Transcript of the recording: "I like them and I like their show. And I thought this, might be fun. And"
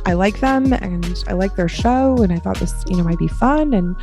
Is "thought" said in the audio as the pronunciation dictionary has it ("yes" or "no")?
yes